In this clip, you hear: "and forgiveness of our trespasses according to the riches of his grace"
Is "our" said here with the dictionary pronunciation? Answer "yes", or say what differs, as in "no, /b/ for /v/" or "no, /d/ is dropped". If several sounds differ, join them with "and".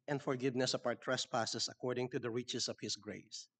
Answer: no, /w/ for /ɹ/